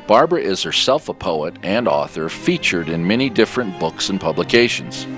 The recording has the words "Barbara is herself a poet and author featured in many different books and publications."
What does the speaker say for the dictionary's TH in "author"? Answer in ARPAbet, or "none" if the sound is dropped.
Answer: TH